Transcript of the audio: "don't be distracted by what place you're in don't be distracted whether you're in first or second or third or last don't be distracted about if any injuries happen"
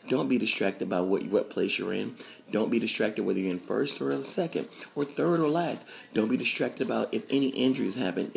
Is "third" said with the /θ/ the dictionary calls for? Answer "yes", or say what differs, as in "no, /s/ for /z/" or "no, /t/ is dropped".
yes